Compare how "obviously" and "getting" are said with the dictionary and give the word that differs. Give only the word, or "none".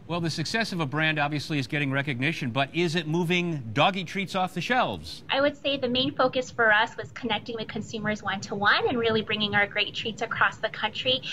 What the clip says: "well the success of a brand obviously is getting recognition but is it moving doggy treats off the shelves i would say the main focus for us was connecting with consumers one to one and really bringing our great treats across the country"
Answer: none